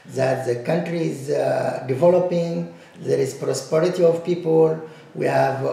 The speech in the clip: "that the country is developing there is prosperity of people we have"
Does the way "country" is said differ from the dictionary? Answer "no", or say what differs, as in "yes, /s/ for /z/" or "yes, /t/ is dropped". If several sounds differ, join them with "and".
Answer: no